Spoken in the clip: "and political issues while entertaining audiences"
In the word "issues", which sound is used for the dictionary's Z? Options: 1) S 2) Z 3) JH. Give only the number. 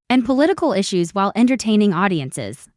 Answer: 2